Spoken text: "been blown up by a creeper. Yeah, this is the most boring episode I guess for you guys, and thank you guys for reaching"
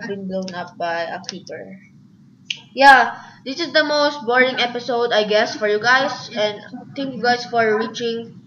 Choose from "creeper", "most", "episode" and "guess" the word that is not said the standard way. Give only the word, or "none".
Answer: creeper